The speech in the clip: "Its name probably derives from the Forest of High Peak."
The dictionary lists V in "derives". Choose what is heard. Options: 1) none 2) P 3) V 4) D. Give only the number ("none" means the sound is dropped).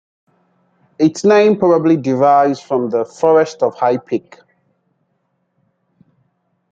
1